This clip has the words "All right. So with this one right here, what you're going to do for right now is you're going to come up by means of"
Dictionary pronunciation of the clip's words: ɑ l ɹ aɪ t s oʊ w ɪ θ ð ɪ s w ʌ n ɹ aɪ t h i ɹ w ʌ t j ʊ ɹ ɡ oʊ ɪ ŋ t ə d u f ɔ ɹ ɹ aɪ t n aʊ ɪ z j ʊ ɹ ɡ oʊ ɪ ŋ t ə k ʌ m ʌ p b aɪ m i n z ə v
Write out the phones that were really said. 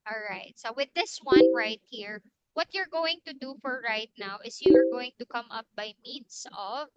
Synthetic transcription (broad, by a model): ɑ l ɹ aɪ t s oʊ w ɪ ð ɪ s w ʌ n ɹ aɪ t h i ɹ w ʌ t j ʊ ɹ ɡ oʊ ɪ ŋ t ə d u f ɔ ɹ ɹ aɪ t n aʊ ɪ s j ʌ ɹ ɡ oʊ ɪ ŋ t ə k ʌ m ʌ p b aɪ m i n s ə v